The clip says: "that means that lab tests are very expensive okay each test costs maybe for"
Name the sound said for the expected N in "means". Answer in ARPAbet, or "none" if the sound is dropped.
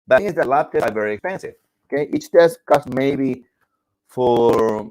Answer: none